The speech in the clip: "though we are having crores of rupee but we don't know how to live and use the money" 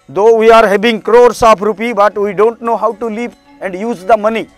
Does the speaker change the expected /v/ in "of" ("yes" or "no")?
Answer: yes